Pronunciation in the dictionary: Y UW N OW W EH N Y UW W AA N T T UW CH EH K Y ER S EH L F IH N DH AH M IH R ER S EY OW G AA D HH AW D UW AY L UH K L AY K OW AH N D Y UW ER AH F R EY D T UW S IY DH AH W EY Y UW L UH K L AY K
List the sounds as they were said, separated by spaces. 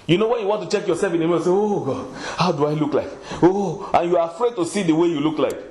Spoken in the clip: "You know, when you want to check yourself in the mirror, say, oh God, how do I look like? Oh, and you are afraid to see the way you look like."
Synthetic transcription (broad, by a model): Y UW N OW W EH N Y UW W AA N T T UW CH EH K Y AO S EH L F IH N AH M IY ER S EY OW G AA D HH AW D UW AY L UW K L AY K OW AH N Y UW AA AH F R EY D T UW S IY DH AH W EY Y UW L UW K L AY K